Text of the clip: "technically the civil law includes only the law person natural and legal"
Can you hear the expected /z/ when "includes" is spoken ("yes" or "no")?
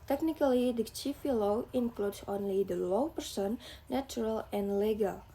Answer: no